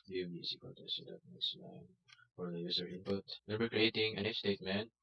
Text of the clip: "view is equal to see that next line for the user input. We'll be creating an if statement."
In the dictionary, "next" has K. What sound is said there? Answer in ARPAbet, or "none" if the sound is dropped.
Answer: none